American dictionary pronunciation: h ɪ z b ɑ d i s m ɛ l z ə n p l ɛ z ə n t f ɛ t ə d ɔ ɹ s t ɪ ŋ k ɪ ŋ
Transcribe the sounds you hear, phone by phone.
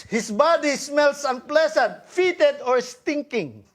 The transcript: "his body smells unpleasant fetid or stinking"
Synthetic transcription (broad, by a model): h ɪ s b ɑ d i s m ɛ l s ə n p l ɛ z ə n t f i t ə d ɔ ɹ s t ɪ ŋ k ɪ ŋ